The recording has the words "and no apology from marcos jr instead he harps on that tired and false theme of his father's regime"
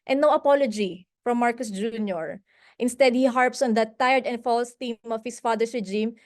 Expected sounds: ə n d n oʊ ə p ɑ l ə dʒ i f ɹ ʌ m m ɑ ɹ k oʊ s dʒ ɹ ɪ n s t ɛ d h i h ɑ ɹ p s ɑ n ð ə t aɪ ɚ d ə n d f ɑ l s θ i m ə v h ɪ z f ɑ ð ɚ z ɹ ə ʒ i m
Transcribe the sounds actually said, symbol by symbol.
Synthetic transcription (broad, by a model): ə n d n oʊ ə p ɑ l ə dʒ i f ɹ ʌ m m ɑ ɹ k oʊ s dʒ ɹ ɪ n s t ɛ d h i h ɑ ɹ p s ɑ n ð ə t aɪ ɚ d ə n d f ɑ l s t i m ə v h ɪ s f ɑ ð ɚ s ɹ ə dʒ i m